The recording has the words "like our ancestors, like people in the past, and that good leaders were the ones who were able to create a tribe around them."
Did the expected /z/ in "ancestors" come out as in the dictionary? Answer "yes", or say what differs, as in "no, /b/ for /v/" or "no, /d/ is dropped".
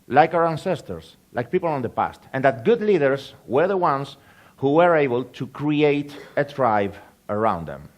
no, /s/ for /z/